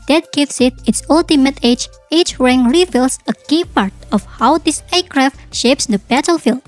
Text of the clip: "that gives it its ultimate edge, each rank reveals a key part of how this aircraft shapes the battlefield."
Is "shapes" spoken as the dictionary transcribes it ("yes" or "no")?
yes